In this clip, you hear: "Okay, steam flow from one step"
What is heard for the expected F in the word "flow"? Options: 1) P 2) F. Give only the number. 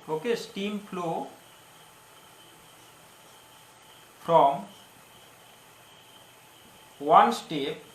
1